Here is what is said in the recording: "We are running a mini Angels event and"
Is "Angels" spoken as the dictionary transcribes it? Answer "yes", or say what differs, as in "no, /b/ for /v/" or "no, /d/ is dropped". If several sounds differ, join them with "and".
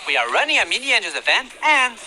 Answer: no, /l/ is dropped